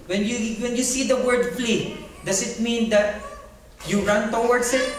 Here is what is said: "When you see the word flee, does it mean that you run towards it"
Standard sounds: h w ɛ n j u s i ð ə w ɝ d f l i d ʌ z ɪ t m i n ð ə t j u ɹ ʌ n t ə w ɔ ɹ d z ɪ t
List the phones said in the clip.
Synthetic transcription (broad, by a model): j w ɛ n j u s i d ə w ɝ d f l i d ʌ s ɪ t m i n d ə t j u ɹ ʌ n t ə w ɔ ɹ d s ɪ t